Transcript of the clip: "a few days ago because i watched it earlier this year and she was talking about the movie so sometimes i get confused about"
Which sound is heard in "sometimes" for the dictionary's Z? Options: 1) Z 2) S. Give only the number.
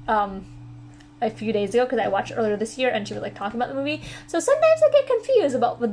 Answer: 1